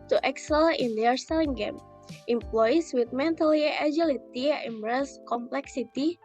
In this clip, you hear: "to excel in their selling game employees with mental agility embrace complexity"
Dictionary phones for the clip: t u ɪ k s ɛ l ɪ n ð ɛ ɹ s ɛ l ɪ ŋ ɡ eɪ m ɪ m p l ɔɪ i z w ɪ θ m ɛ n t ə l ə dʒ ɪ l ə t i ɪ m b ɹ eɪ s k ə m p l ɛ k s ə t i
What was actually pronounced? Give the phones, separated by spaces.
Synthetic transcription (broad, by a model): t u ɪ k s ɛ l ɪ n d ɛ ɹ s ɛ l ɪ ŋ ɡ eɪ m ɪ m p l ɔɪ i s w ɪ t m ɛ n t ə l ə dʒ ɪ l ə t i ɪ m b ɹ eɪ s k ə m p l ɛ k s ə t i